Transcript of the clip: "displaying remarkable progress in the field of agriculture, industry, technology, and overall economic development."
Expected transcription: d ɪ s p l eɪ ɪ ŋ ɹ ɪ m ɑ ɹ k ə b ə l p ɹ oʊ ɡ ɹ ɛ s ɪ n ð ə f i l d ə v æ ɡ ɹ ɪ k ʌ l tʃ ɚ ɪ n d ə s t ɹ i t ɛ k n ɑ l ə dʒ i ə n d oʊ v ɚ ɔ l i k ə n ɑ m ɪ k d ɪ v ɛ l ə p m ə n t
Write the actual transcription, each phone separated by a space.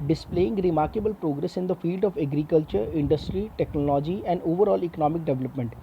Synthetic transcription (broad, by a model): d ɪ s p l eɪ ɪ ŋ ɹ ɪ m ɑ ɹ k ə b ə l p ɹ oʊ ɡ ɹ ɛ s ɪ n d ə f i l d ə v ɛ ɡ ɹ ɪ k ʌ l tʃ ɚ ɪ n d ə s t ɹ i t ɛ k n ɑ l ə dʒ i ə n d oʊ v ɚ ɔ l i k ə n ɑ m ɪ k d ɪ v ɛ l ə p m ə n t